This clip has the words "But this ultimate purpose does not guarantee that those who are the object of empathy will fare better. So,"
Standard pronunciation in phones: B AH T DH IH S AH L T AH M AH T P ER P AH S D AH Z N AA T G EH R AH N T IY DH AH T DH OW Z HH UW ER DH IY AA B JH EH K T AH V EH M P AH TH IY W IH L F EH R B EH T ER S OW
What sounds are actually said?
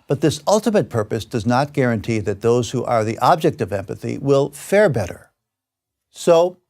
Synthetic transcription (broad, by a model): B AH T DH IH S AH L T AH M AH T P ER P AH S D AH Z N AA T G EH R AH N T IY DH AH T DH OW Z HH UW ER DH IY AA B JH EH K T AH V EH M P AH TH IY W IH L F EH R B EH T ER S OW